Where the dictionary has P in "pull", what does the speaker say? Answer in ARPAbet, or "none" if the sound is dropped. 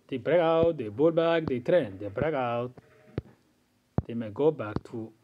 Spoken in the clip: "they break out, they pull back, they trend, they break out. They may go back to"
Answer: B